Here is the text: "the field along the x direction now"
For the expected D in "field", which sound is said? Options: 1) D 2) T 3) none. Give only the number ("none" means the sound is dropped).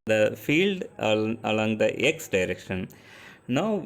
1